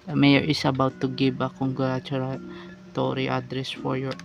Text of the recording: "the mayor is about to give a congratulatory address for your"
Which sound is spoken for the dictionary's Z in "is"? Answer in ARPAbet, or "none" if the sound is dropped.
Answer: S